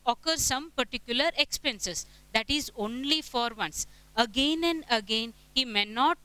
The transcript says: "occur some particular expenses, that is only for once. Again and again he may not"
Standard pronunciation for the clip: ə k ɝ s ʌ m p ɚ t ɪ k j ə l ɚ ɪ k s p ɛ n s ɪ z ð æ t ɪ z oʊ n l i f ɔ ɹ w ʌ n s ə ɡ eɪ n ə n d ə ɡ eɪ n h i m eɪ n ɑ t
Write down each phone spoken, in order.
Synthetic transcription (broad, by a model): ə k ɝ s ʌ m p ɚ t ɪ k j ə l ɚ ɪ k s p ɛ n s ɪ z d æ t ɪ z oʊ n l i f ɔ ɹ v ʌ n s ə ɡ eɪ n ə n d ə ɡ eɪ n h i m eɪ n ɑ t